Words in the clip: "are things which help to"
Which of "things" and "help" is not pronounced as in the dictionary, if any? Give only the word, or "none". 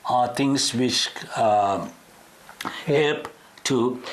things